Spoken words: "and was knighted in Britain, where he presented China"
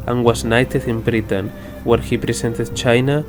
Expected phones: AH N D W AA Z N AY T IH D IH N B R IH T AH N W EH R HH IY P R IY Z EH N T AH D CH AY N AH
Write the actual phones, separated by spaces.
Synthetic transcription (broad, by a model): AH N W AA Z N AY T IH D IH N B R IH T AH N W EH R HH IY P R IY S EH N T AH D CH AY N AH